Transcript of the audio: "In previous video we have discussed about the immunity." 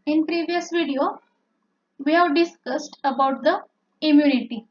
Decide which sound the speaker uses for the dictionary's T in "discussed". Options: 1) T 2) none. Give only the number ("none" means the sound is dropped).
1